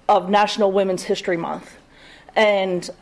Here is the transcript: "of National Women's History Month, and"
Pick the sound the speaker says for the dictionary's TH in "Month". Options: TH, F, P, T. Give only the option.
TH